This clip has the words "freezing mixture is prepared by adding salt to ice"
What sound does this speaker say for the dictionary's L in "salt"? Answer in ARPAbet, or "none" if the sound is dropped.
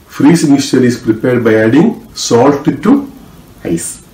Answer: L